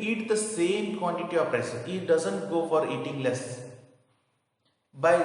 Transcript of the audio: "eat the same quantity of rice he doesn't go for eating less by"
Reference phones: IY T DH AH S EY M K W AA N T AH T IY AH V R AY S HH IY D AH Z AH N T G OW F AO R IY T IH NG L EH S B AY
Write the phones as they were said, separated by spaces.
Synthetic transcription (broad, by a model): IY T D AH S EY M K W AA N T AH T IY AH P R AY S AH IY D AH Z AH N T G OW F AO R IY T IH NG L EH S B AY